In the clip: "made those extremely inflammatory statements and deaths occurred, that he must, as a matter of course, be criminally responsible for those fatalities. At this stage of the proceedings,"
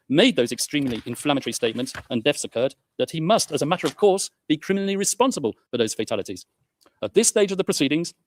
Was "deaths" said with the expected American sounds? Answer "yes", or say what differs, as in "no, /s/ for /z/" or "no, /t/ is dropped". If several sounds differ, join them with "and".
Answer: no, /f/ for /θ/